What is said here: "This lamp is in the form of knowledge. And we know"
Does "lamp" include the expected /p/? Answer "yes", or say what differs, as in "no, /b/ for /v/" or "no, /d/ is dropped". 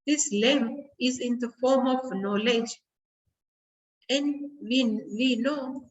no, /p/ is dropped